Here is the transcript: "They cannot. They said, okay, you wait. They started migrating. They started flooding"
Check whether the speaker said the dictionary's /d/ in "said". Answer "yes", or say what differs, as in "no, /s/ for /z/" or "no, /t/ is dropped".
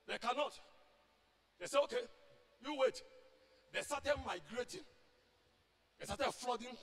no, /d/ is dropped